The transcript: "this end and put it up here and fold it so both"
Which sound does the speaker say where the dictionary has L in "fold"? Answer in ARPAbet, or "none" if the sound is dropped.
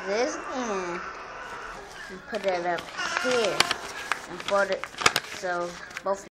none